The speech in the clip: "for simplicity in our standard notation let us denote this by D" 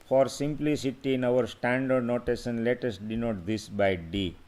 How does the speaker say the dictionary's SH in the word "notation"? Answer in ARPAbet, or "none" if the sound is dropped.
S